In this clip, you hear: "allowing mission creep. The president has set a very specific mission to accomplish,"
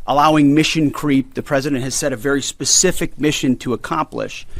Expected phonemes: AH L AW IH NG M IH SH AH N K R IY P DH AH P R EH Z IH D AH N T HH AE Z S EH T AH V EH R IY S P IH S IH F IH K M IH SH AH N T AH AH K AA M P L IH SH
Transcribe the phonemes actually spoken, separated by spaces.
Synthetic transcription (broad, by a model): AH L AW IH NG M IH SH AH N K R IY P DH AH P R EH Z IH D AH N T HH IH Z S EH T AH V EH R IY S P IH S IH F IH K M IH SH AH N T AH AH K AA M P L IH SH